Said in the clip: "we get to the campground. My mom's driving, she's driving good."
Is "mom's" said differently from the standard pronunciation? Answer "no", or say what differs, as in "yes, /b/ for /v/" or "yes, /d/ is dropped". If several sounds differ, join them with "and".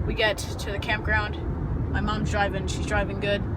no